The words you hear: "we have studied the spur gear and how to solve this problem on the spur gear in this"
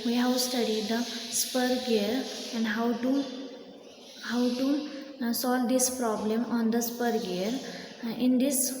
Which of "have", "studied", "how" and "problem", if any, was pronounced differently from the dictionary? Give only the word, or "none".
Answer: have